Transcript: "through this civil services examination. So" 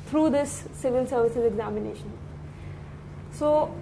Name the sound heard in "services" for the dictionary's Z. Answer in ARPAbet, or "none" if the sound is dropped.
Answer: Z